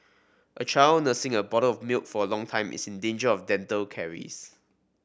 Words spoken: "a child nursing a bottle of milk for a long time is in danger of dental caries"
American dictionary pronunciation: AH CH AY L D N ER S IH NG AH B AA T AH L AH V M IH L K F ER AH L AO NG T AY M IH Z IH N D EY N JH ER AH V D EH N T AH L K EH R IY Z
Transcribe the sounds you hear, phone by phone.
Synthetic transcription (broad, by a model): AH CH AY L N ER S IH NG AH B AA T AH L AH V M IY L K F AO AH L AO NG T AY M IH S IH N D EY N JH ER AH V D EH N T AH L K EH R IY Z